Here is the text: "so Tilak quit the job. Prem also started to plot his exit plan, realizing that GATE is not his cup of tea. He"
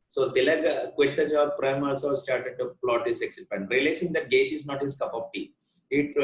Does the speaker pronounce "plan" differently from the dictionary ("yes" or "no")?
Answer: yes